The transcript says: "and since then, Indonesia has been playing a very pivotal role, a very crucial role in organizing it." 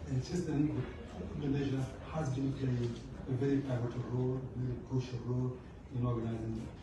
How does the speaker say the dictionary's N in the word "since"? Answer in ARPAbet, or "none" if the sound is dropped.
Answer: none